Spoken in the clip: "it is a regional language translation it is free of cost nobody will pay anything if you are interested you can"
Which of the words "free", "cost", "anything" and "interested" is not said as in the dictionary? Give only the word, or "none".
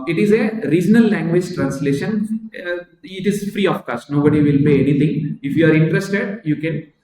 anything